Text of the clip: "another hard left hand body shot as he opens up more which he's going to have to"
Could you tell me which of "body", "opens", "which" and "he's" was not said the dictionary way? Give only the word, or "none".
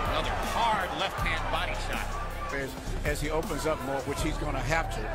none